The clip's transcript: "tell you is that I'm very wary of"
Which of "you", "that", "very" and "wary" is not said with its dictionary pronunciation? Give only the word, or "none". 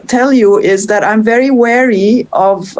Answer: none